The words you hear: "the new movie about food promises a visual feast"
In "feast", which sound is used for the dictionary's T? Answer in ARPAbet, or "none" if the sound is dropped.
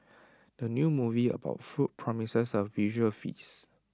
none